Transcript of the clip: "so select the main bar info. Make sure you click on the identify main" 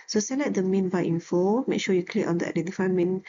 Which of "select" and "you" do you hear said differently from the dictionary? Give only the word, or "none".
select